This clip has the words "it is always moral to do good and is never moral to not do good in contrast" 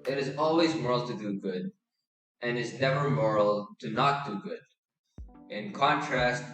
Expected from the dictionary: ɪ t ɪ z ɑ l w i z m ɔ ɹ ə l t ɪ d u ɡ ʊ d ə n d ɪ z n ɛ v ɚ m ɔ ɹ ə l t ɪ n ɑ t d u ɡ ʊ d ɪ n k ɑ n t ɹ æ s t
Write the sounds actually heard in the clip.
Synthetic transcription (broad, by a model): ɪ t ɪ z ɑ l w i z m ɔ ɹ l t ɪ d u ɡ ʊ d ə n ɪ z n ɛ v ɚ m ɔ ɹ l t ɪ n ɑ t d u ɡ ʊ d ɪ n k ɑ n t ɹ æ s t